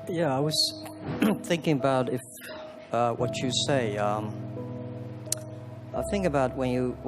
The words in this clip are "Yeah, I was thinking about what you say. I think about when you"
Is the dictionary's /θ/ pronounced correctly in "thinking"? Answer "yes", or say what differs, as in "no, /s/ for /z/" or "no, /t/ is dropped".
yes